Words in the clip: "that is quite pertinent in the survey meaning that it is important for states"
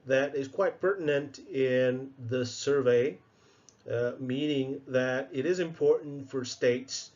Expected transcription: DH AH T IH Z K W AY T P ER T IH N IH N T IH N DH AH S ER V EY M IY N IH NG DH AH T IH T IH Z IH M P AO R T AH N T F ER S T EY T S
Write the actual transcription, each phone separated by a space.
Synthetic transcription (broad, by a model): DH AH T IH Z K W AY T P ER T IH N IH N T IH N DH AH S ER V EY M IY N IH NG DH AH T IH T IH Z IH M P AO R T N T F ER S T EY T S